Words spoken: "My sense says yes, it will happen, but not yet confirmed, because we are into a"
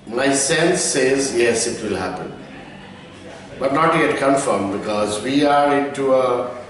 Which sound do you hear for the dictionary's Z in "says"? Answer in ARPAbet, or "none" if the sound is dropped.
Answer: Z